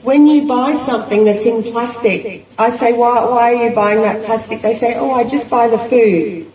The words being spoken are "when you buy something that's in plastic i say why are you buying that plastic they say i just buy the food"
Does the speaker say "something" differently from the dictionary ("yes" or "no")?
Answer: no